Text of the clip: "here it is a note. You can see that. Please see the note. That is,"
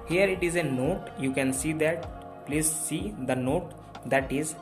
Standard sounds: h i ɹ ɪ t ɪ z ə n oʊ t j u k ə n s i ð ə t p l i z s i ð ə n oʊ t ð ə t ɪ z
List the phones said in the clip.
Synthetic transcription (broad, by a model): h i ɹ ɪ t ɪ z ə n oʊ t j u k ə n s i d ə t p l i z s i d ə n oʊ t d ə t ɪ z